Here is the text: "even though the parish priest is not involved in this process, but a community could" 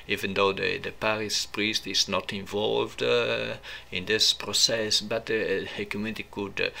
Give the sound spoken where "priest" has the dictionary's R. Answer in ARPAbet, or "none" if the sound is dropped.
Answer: R